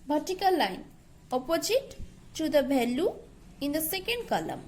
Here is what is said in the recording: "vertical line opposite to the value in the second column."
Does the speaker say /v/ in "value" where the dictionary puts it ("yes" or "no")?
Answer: no